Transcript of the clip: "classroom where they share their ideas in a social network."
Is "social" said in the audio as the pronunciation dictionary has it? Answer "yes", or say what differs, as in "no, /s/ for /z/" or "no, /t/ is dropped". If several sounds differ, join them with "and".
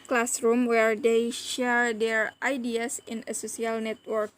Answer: no, /s/ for /ʃ/